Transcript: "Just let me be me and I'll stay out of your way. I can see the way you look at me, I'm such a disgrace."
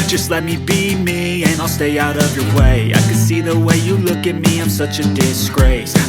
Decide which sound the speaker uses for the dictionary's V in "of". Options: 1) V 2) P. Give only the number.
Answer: 1